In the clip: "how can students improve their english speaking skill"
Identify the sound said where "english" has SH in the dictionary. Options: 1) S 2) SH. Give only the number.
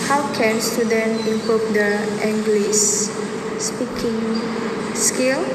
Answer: 1